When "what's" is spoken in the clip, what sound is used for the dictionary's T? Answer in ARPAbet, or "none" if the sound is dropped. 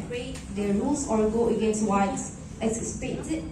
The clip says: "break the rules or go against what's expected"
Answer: S